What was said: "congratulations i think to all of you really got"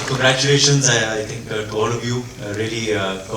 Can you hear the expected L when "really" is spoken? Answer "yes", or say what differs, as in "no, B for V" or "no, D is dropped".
no, L is dropped